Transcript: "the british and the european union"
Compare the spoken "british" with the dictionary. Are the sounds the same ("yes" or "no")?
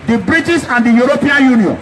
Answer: no